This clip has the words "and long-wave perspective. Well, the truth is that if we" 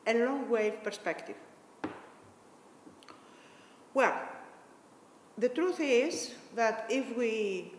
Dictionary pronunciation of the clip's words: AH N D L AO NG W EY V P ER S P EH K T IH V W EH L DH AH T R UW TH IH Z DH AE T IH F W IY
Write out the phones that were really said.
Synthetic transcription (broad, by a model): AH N L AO NG W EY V P ER S P EH K T IH V W EH L DH AH T R UW TH IH Z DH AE T IH F W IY